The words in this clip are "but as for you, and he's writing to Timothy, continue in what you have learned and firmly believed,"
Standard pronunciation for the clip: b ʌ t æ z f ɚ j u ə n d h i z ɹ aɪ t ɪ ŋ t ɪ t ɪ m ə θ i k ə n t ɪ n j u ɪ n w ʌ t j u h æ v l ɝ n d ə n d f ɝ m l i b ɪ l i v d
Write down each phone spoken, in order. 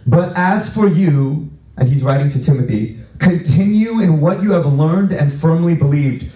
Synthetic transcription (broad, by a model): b ʌ t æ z f ɚ j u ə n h i z ɹ aɪ t ɪ ŋ t ɪ t ɪ m ə θ i k ə n t ɪ n j u ɪ n w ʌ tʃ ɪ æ v l ɝ n d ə n f ɝ m l i b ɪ l i v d